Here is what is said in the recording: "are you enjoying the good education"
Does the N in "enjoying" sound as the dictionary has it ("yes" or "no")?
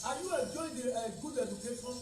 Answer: no